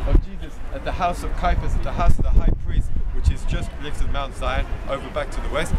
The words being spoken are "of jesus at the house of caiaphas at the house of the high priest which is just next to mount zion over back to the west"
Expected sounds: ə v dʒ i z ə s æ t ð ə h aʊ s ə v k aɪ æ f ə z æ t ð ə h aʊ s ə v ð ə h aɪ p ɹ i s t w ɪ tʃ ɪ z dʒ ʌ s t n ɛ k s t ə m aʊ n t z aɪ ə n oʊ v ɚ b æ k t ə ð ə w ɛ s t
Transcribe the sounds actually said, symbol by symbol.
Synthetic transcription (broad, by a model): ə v dʒ i z ə s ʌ t ð ə h aʊ s ə v k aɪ f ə s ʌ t ð ə h aʊ s ə v ð ə h aɪ p ɹ i s t w ɪ tʃ ɪ z dʒ ʌ s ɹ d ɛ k t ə m aʊ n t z aɪ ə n oʊ v ɚ b æ k t ə ð ə w ɛ s t